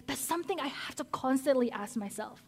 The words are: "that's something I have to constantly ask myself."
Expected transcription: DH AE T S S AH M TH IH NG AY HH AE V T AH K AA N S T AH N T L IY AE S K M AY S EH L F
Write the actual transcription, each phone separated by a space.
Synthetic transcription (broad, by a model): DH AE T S S AH M TH IH NG AY HH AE F T AH K AA N S T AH N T L IY AE S K M AY S EH L F